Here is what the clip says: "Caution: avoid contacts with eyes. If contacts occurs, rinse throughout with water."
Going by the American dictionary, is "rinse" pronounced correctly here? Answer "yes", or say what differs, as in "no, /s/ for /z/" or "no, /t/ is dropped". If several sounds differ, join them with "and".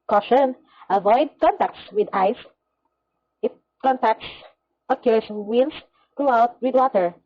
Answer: no, /l/ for /n/